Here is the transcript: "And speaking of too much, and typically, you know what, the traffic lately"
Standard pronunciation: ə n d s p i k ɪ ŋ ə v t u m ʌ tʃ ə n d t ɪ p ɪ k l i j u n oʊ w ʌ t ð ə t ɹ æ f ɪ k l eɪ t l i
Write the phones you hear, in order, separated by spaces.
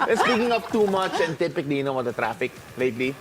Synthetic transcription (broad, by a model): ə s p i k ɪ ŋ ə p t u m ʌ tʃ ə n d t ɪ p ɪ k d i j u n oʊ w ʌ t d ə t ɹ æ f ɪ k l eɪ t l i